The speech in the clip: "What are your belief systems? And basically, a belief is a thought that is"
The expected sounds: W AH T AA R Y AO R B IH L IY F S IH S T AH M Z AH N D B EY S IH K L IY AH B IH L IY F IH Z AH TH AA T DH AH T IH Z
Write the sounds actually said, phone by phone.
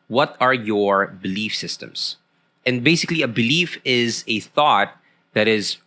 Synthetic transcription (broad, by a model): W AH T AA R Y AO R B IH L IY F S IH S T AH M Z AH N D B EY S IH K L IY AH B IH L IY F IH Z AH TH AA T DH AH T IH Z